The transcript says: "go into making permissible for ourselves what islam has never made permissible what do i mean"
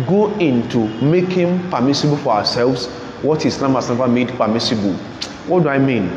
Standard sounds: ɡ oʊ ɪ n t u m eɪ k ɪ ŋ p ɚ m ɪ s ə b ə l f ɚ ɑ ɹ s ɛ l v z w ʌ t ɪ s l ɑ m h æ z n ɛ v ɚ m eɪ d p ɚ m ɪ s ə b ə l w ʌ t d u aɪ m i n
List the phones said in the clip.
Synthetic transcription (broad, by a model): ɡ oʊ ɪ n t u m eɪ k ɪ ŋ p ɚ m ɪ s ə b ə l f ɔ ɑ s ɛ l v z w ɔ t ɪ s n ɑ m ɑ s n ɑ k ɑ m eɪ d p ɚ m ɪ s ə b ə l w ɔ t d u aɪ m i n